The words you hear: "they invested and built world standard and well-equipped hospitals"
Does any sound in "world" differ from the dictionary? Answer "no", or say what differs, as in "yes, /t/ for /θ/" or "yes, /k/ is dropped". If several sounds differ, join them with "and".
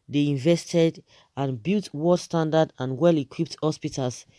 yes, /l/ is dropped